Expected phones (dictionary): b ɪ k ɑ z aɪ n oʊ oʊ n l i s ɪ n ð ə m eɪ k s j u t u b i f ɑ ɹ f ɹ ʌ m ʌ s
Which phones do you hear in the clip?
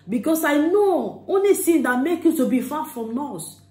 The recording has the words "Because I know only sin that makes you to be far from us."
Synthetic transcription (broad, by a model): b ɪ k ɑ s aɪ n oʊ oʊ n l i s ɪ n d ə m eɪ k j u t u b i f ɑ f ɹ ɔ m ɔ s